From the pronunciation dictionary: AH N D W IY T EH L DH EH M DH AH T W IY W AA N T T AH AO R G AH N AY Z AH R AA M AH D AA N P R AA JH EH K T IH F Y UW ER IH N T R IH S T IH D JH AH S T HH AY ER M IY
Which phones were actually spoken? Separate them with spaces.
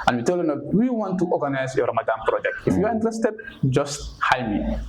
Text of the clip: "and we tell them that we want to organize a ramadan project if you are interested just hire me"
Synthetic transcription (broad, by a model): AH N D W IY T EH L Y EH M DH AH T W IY W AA N T T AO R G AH N AY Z AH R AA M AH D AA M P R AA JH EH K T IH F Y UW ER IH N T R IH S T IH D JH AH S T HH AY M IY